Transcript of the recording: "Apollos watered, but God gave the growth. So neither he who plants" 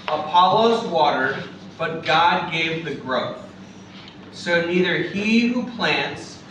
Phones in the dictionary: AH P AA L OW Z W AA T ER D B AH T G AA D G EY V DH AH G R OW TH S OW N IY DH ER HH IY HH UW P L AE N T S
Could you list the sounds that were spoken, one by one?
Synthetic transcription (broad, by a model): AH P AA L OW Z W AA T ER D B AH T G AA D G EY V DH AH G R OW TH S OW N IY DH ER HH IY HH UW P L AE N T S